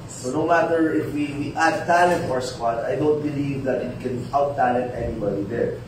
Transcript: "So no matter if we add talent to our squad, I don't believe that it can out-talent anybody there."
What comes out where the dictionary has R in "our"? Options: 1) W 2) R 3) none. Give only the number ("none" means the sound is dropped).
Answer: 2